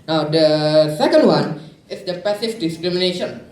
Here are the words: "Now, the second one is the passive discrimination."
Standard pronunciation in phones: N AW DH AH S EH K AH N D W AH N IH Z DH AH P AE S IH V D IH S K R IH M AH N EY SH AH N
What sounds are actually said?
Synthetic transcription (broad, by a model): N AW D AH S EH K AH N D W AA N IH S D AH P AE S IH F D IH S K R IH M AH N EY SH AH N